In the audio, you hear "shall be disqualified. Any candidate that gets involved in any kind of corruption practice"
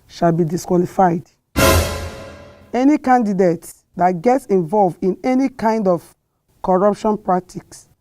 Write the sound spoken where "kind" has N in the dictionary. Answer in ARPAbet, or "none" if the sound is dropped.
N